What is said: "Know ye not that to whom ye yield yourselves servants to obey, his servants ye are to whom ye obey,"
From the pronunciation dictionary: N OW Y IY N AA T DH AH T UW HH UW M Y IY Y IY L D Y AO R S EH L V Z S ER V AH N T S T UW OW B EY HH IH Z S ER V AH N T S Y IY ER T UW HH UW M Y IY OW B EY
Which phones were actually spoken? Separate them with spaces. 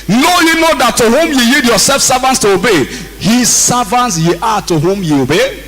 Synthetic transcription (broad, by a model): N OW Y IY N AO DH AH T UW HH UW M Y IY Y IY D Y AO S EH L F S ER V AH N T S T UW OW B EY HH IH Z S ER V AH N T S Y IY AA T UW HH UW M Y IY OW B EY